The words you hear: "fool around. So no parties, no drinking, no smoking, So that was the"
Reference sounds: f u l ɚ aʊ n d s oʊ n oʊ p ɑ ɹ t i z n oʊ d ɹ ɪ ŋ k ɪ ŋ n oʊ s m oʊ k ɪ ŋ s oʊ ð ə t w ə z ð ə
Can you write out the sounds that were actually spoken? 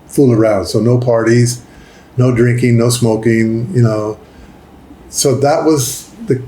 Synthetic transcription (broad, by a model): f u l ɚ aʊ n d s oʊ n oʊ p ɑ ɹ t i z n oʊ d ɹ ɪ ŋ k ɪ ŋ n oʊ s m oʊ k ɪ ŋ s oʊ ð ə t w ə z ð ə